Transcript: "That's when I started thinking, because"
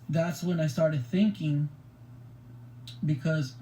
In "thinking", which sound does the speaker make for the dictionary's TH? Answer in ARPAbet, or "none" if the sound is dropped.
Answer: TH